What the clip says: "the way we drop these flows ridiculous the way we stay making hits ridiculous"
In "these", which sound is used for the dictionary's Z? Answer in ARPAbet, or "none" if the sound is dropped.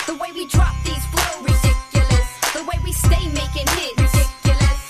Z